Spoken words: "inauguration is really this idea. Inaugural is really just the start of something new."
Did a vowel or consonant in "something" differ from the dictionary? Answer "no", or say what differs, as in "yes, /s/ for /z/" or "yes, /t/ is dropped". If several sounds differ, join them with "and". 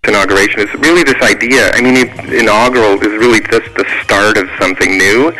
no